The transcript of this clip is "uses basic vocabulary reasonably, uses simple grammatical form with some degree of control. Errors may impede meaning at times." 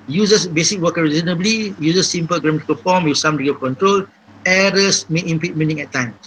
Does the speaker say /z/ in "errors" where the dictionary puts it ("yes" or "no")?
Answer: no